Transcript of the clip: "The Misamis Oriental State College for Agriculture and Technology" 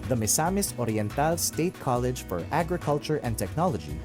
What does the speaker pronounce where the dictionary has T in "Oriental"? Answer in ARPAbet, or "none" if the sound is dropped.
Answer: T